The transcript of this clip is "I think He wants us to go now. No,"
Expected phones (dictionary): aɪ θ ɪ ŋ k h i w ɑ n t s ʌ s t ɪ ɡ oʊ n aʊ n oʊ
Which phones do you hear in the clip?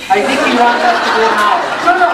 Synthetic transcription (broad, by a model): aɪ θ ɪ ŋ k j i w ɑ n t ʌ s t ɪ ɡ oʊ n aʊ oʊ